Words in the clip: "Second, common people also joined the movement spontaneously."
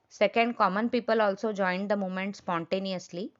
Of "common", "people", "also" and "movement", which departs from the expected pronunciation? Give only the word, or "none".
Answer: movement